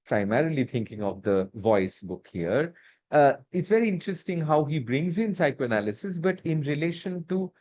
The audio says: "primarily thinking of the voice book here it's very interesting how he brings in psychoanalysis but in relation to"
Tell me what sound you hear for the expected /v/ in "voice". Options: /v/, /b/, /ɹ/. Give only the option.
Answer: /v/